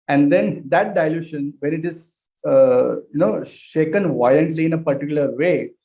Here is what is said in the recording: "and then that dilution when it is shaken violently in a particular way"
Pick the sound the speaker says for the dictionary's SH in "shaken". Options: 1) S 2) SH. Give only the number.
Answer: 2